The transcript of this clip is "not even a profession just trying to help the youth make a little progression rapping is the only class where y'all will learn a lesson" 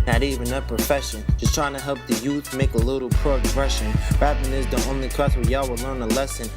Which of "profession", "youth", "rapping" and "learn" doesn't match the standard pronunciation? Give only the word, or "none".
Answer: rapping